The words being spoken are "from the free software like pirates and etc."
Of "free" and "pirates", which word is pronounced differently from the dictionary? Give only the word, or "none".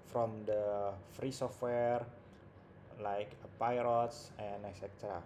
none